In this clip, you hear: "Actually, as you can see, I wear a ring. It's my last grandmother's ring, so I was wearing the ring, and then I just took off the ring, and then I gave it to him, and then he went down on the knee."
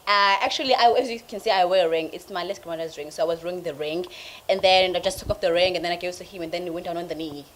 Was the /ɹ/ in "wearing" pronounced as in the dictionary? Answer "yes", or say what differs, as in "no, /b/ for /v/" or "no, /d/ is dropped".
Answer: no, /ɹ/ is dropped